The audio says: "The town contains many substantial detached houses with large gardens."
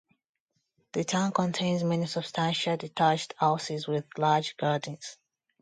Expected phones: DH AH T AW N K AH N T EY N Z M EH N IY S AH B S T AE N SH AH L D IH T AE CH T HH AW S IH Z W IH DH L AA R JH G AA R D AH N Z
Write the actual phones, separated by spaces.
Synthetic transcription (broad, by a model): DH AH T AW N K AH N T EY N Z M EH N IY S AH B S T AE N SH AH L D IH T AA CH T HH AW S IH Z W IH DH L AA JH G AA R D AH N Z